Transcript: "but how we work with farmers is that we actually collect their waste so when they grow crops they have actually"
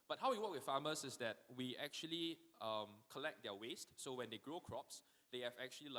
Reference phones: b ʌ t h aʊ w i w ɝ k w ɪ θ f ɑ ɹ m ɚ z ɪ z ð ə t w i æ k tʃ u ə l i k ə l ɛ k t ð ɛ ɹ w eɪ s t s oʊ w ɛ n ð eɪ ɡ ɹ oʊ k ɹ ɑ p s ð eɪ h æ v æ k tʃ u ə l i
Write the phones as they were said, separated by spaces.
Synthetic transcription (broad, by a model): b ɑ t h aʊ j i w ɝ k w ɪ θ f ɑ m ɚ s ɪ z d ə t w i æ k tʃ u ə l i k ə l ɛ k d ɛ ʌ w eɪ s t s oʊ w ɛ n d eɪ ɡ ɹ oʊ k ɹ ɑ p s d eɪ h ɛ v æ k tʃ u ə l i